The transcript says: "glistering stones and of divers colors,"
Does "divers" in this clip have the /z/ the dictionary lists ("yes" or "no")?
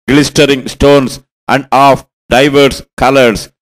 no